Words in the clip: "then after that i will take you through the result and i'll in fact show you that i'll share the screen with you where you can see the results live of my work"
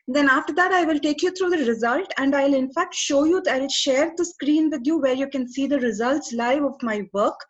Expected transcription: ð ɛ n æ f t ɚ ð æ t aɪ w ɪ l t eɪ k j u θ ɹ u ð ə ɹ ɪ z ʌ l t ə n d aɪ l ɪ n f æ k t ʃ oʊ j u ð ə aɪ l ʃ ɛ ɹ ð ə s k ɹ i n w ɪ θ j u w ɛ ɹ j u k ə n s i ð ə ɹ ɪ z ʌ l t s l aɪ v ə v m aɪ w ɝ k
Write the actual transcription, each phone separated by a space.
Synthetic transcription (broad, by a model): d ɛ n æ f t ɚ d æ t aɪ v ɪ l t eɪ k j u t ɹ u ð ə ɹ ɪ z ʌ l t ə n d aɪ l ɪ n f æ k t ʃ oʊ j u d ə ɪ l ʃ ɛ ɹ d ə s k ɹ i n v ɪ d j u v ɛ ɹ j u k ə n s i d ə ɹ ɪ z ʌ l t s l aɪ v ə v m aɪ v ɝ k